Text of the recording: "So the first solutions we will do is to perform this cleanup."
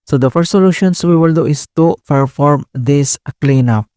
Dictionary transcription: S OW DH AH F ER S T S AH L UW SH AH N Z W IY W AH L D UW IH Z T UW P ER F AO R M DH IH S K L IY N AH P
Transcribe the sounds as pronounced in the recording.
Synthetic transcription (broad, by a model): S OW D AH F ER S T S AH L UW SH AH N S W IY W AH L D UW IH S T UW P ER F AO R M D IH S K L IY N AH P